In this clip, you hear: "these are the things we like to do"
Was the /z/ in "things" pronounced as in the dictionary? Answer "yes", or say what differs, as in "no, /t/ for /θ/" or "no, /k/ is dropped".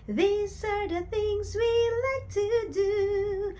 yes